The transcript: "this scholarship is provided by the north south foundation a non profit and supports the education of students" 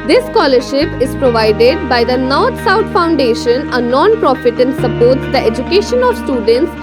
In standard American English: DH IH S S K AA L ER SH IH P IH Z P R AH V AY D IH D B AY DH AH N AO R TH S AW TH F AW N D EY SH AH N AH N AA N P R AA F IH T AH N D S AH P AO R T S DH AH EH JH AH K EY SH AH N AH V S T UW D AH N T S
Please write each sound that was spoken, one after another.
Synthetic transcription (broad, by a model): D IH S S K AA L ER SH IH P IH Z P R AH V AY D IH D B AY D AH N AO R T S AW T F AW N D EY SH AH N AH N AA N P R AA F IH T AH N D S AH P AO R T S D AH EH JH AH K EY SH AH N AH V S T UW D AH N T S